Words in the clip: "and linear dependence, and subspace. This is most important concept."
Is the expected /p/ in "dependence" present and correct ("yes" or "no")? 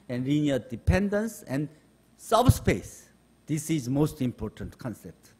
yes